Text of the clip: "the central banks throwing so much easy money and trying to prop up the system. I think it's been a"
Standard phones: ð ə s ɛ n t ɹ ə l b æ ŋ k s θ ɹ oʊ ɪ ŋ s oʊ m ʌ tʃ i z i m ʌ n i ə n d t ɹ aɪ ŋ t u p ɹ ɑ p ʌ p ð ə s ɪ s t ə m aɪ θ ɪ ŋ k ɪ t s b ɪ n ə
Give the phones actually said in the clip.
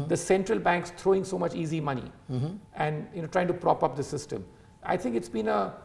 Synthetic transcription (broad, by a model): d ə s ɛ n t ɹ ə l b æ ŋ k s t ɹ oʊ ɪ ŋ s oʊ m ʌ tʃ i z i m ʌ n i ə n d t ɹ aɪ ŋ t u p ɹ ɑ p ʌ p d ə s ɪ s t ə m aɪ t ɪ ŋ k ɪ t s b ɪ n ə